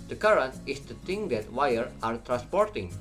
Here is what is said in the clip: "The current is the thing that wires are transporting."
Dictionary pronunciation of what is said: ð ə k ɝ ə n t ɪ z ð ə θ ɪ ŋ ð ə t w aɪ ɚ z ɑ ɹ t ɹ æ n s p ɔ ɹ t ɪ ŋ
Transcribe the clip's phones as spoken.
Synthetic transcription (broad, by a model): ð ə k ɝ ə n t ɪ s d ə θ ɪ ŋ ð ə t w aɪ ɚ ɑ ɹ t ɹ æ n s p ɔ ɹ t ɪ ŋ